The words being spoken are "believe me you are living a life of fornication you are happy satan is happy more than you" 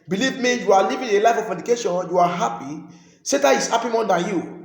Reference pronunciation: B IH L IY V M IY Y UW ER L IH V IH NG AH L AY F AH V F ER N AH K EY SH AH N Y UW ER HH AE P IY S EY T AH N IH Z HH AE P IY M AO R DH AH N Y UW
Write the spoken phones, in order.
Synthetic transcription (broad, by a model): B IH L IY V M IY Y UW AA L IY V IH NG AH L AY F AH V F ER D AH K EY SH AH N Y UW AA HH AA P IY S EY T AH IH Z HH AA P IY M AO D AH N Y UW